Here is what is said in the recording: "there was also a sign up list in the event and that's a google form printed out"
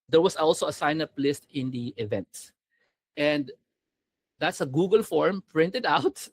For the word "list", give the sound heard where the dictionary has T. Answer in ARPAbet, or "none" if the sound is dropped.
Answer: T